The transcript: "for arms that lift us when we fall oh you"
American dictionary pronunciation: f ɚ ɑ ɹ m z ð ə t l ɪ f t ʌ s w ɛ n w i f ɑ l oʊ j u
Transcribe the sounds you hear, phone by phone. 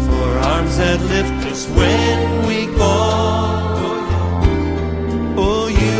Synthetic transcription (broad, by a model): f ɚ ɑ ɹ m z ð ə t l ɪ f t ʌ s w ɛ n w i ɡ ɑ oʊ j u